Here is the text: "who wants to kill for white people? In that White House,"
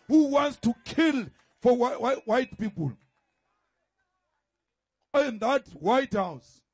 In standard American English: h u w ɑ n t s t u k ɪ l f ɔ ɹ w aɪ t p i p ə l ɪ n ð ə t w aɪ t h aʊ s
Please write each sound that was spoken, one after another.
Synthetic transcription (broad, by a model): h u w ɑ n t s t u k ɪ l f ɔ w w aɪ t p i p ə l ɪ n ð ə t w aɪ t h aʊ s